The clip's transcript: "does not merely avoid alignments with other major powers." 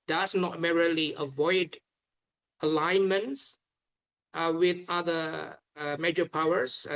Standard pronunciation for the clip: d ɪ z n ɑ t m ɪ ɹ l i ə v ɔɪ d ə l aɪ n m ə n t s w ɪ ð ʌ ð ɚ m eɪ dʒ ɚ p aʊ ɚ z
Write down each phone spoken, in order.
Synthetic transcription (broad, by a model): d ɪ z n ɑ t m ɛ ɹ l i ə v ɔɪ d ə l aɪ n m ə n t s w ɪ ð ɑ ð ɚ m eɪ dʒ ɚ p aʊ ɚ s